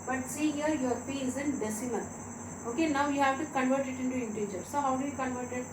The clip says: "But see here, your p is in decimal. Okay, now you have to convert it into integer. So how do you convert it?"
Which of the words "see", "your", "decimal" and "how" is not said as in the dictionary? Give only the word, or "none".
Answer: decimal